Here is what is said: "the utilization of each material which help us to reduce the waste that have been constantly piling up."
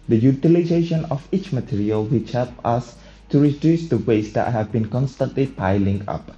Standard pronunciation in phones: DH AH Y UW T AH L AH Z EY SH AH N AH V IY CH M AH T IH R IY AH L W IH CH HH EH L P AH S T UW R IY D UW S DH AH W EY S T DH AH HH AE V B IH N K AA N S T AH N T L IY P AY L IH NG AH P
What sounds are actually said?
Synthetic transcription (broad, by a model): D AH Y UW T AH L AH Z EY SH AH N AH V IY CH M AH T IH R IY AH L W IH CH HH EH L P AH S T UW R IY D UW S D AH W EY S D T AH HH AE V B IH N K AA N S T AH N T L IY P AY L IH NG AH P